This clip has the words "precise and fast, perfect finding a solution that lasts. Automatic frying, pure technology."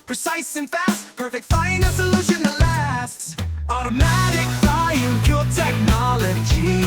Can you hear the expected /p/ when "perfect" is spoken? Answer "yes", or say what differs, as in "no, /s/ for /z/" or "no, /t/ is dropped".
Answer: yes